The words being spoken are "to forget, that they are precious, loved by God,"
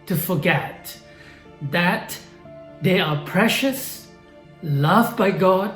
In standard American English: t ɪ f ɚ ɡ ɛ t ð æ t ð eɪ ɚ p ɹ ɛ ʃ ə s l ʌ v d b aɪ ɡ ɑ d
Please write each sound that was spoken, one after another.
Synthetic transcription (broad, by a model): t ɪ f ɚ ɡ ɛ t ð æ t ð eɪ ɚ p ɹ ɛ ʃ ə s l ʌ v b aɪ ɡ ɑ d